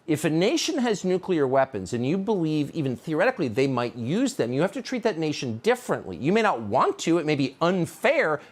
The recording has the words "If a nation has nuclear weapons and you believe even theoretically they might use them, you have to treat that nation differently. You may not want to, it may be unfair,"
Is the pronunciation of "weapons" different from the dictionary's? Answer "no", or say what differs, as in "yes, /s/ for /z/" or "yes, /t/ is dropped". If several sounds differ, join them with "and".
no